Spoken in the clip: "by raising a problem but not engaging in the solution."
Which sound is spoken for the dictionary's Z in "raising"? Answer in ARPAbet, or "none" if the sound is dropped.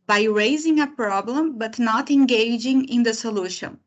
Z